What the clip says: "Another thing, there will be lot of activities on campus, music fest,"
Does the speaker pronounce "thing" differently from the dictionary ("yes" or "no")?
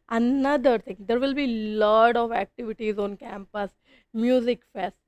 yes